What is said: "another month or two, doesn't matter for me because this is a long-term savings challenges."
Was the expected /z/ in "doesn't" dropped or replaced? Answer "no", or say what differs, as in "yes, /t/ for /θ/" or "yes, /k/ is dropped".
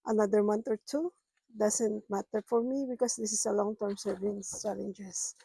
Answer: yes, /s/ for /z/